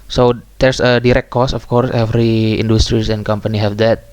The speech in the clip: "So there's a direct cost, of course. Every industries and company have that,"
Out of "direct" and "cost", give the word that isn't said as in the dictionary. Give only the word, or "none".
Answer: cost